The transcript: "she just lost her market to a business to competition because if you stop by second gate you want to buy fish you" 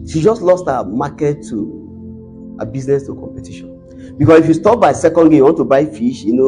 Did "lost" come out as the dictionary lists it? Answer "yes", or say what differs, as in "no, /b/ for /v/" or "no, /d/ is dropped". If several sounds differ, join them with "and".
yes